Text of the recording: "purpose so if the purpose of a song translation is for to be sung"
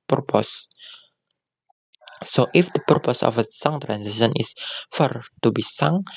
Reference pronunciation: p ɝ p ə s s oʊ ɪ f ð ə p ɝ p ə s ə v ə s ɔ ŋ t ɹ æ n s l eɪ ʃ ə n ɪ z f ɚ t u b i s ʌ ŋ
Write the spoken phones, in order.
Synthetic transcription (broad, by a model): p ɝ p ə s s oʊ ɪ f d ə p ɝ p ə s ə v ə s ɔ ŋ t ɹ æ n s eɪ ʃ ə n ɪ s f ɚ t u b i s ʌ ŋ